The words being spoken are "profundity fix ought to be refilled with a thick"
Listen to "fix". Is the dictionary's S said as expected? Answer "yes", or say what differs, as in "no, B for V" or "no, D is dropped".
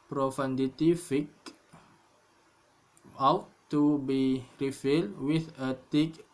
no, S is dropped